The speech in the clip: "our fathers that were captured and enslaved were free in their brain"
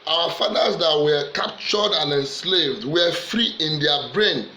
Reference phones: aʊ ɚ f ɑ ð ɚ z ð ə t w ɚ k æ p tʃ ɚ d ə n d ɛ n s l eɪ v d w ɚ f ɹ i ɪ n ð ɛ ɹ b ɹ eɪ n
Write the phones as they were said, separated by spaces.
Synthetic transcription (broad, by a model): aʊ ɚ f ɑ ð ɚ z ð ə t w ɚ k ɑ p tʃ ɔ d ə n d ɛ n s l eɪ v d w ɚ f ɹ i ɪ n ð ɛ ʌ b ɹ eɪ n